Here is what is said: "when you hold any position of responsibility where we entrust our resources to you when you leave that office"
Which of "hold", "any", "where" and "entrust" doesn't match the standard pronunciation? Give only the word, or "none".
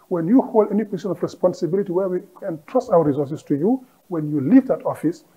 none